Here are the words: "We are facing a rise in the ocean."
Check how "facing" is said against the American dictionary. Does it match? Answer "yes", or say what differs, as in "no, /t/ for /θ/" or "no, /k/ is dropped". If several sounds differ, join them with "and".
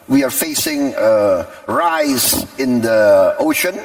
yes